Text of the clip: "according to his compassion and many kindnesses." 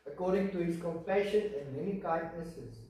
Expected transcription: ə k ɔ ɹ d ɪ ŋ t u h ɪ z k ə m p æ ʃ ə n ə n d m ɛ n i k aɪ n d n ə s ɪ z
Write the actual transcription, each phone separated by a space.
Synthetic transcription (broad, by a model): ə k ɔ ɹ d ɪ ŋ t u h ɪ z k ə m f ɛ ʃ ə n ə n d m ɛ n i k aɪ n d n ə s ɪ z